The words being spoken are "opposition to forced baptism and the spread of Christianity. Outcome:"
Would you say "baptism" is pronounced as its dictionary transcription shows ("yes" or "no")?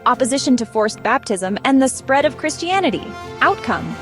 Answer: yes